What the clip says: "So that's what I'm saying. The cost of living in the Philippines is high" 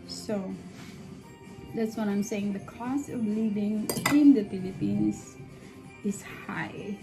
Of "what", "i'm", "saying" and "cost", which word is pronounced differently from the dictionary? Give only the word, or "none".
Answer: cost